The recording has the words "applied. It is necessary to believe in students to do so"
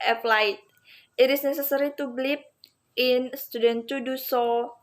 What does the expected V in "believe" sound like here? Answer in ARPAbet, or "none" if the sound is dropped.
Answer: P